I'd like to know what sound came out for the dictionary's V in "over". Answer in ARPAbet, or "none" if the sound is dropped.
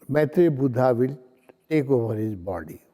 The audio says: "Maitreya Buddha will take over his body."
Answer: B